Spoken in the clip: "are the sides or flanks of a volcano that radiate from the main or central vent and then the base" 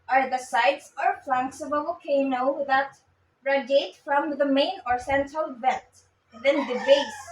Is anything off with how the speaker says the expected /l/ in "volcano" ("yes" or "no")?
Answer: yes